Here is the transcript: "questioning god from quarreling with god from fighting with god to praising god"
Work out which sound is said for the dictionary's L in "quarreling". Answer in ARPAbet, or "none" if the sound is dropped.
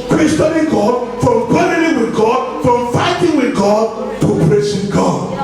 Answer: N